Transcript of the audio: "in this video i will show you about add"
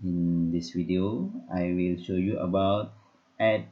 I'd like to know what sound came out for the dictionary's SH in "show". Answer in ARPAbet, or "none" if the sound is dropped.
SH